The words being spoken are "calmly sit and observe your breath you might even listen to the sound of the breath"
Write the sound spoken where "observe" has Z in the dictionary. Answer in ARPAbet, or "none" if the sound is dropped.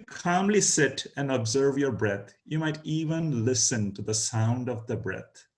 Z